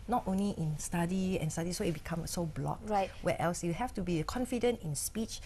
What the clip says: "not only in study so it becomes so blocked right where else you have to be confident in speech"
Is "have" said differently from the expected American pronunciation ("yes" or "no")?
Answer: yes